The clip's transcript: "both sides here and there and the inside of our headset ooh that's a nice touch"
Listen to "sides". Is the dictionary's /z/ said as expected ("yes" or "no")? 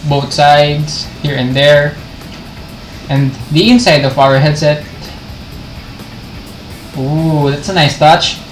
no